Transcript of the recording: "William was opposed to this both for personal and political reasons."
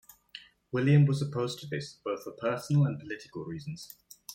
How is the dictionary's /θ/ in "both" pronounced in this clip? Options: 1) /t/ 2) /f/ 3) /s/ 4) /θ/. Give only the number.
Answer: 4